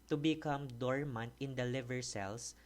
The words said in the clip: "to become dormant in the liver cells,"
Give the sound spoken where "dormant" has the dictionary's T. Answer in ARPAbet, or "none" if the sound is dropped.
T